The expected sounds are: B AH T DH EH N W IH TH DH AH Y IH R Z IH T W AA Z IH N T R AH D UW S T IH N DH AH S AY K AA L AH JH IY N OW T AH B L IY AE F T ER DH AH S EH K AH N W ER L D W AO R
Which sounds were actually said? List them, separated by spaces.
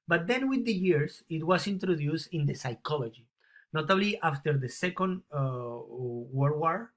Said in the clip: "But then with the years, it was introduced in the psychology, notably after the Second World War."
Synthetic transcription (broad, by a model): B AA T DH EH N W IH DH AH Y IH R S IH T W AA S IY N T R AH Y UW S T IH N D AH S AY K AA L AH JH IY N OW T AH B L IY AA F T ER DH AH S EH K AH N W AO D W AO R